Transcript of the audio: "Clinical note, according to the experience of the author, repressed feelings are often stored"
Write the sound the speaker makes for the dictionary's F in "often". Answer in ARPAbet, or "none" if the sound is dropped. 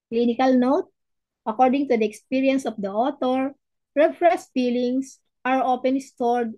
P